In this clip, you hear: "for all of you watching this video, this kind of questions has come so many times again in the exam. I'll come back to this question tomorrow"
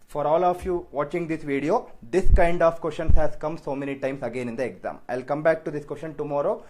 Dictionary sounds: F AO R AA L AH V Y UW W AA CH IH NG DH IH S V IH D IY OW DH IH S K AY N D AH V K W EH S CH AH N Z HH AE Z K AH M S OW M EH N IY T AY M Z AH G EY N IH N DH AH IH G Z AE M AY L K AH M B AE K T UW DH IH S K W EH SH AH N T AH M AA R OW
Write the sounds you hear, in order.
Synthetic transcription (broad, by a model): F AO R AA L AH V Y UW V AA CH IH NG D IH S V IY D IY OW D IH S K AY N D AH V K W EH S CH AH N S HH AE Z K AH M S OW M EH N IY T AY M S AH G EY N IH N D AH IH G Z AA M AY L K AH M B AE K T UW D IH S K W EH S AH N T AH M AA R OW